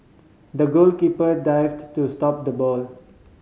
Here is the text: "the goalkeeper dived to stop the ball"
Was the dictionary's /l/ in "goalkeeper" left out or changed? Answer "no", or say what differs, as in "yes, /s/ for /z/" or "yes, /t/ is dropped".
no